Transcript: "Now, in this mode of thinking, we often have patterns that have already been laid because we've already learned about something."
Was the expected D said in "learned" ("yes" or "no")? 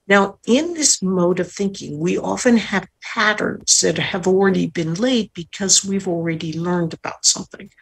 yes